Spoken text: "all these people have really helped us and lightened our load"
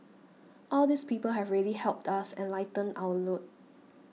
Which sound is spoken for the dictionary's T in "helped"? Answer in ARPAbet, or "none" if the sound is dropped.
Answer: T